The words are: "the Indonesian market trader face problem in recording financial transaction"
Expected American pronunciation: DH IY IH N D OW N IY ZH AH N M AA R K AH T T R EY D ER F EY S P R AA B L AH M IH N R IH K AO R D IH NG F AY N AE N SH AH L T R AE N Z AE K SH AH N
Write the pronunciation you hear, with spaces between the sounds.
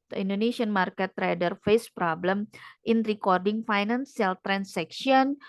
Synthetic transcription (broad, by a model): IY N D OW N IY S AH N M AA R K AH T T R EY D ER F EY S P R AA B L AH M IH N R IH K AO R D IH NG F AY N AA N S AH L T R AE N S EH K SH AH N